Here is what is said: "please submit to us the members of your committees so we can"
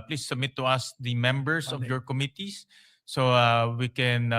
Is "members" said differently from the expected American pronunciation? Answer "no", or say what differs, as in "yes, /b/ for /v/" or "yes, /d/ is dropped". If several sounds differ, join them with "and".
yes, /s/ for /z/